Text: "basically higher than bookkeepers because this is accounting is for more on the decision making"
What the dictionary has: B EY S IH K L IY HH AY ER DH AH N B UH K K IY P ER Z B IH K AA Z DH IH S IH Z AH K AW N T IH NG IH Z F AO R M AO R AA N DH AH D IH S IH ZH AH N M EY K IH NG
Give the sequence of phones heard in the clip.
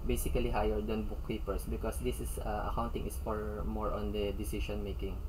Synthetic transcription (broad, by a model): B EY S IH K L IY HH AY ER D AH N B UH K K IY P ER S B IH K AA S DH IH S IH S AH K AW N T IH NG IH S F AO R M AO R AA N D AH D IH S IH SH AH N M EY K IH NG